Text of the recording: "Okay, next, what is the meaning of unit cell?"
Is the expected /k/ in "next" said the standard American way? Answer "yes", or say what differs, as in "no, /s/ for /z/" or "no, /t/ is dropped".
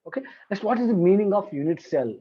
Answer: no, /k/ is dropped